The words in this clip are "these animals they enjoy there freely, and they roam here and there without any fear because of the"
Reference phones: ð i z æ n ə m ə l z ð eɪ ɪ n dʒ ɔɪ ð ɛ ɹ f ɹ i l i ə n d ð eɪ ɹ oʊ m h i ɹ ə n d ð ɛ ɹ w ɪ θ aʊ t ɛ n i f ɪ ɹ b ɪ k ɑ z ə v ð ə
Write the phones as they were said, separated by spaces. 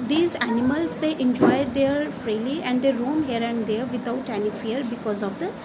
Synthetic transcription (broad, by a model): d i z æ n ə m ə l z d eɪ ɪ n dʒ ɔɪ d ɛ ɹ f ɹ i l i ə n d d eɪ ɹ oʊ m h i ɹ ə n d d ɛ ɹ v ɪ t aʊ t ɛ n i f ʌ ɹ b ɪ k ɑ z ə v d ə